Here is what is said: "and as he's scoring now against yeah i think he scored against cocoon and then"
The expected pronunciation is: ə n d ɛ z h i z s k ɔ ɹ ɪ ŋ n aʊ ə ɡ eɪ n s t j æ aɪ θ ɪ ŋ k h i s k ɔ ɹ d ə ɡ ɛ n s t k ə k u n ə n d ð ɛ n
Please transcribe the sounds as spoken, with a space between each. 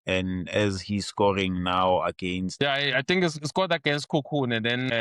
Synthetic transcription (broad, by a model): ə n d ɛ z h i z s k ɔ ɹ ɪ ŋ n aʊ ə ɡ eɪ n s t j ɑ aɪ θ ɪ ŋ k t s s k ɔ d ə ɡ ɛ n s t k ə k u n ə n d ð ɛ n